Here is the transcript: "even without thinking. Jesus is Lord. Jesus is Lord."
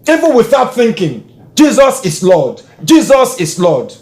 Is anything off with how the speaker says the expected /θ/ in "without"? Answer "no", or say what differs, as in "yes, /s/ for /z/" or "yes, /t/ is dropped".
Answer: no